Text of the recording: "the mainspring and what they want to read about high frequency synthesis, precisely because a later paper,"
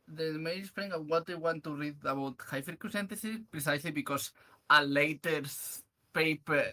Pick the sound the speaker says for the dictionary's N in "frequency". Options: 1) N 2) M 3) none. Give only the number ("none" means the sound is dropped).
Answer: 3